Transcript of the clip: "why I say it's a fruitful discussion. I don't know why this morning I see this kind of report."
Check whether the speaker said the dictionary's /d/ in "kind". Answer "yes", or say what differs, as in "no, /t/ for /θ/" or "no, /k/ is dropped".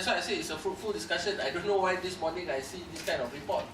no, /d/ is dropped